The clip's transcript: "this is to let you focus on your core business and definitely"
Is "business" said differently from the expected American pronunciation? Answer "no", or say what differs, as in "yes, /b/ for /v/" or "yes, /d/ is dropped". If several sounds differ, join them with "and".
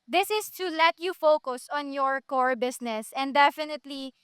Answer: yes, /s/ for /z/